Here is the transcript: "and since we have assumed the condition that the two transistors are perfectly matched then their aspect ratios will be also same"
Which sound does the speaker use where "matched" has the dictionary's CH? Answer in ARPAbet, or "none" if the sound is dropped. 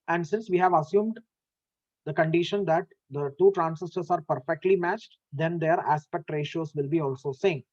CH